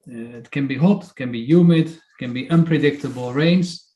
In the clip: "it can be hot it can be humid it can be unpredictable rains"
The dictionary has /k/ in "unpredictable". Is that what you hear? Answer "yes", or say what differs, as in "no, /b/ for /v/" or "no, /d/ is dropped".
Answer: yes